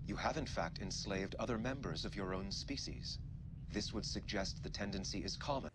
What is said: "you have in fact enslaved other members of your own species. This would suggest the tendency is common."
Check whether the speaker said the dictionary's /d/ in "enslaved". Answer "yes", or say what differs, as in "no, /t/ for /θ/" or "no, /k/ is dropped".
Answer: yes